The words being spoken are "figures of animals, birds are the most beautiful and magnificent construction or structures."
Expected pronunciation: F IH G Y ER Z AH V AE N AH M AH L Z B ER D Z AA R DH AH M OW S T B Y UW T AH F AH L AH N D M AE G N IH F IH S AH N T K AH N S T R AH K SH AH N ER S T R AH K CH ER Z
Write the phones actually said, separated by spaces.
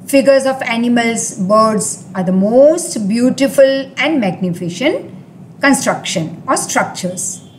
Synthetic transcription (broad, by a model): F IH G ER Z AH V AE N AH M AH L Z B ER D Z AA R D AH M OW S T B Y UW T AH F AH L AH N D M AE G N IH F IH SH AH N T K AH N S T R AH K SH AH N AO S T R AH K CH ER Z